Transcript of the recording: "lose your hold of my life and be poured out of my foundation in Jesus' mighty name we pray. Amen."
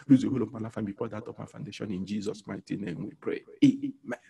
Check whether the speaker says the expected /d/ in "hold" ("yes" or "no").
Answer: no